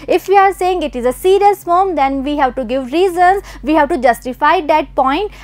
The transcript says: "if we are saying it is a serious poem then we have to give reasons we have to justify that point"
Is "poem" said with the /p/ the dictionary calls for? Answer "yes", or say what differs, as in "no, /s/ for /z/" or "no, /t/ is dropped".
no, /f/ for /p/